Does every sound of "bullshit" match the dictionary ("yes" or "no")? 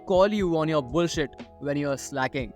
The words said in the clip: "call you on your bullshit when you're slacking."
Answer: yes